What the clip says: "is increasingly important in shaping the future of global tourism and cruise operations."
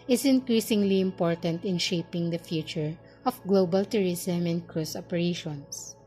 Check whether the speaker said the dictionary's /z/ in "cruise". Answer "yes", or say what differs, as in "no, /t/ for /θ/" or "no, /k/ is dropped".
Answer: no, /s/ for /z/